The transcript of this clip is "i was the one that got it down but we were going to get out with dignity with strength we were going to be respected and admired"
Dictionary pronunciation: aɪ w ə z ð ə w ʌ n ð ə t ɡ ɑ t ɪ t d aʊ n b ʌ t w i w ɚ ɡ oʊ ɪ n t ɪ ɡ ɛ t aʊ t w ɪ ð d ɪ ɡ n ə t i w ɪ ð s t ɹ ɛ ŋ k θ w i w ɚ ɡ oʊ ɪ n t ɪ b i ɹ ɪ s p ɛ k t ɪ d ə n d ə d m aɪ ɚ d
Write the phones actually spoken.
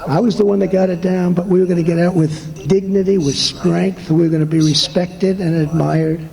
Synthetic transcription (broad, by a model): aɪ w ə z ð ə w ʌ n ð ə t ɡ ɑ t ɪ t d aʊ n b ʌ t w i w ɚ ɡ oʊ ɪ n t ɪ ɡ ɛ t aʊ t w ɪ ð d ɪ ɡ n ə t i w ɪ ð s t ɹ ɛ ŋ k θ w i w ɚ ɡ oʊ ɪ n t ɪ b i ɹ ɪ s p ɛ k t ɪ d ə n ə d m aɪ ɚ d